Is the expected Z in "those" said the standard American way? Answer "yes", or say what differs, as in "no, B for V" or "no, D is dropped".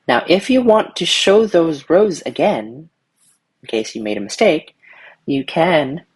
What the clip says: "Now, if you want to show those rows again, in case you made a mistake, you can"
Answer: yes